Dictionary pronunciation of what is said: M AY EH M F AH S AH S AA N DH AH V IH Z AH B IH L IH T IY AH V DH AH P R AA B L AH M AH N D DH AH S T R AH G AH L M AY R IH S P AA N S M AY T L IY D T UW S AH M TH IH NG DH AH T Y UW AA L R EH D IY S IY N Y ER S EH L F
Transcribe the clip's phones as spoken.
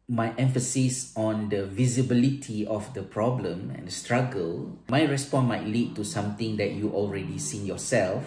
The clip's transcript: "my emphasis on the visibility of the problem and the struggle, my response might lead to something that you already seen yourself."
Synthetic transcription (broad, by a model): M AY EH M F AH S AH S AA N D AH V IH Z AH B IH L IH T IY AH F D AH P R AA B L AH M AH N D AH S T R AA G AH L M AY R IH S P AA N M AY T L IY D T UW S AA M T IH NG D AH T Y UW AA L R EH D IY S IY N Y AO S EH L F